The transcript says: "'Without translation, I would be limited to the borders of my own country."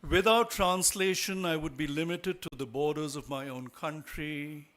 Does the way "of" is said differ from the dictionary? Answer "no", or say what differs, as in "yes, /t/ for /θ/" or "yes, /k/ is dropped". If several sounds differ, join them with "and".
no